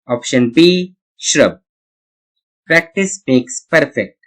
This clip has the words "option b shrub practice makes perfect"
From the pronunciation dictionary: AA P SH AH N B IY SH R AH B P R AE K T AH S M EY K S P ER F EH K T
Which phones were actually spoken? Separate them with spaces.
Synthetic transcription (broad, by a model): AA P SH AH N B IY SH R AH B P R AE K T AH S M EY K S P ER F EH K T